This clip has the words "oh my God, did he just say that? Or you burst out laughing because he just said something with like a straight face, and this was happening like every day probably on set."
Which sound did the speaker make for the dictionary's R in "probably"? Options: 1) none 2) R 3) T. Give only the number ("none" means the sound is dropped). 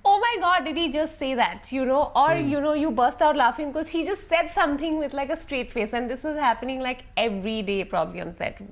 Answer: 2